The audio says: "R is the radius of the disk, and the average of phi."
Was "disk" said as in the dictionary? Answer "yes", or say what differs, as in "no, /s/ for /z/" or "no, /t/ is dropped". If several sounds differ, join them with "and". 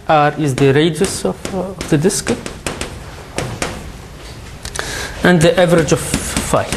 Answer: yes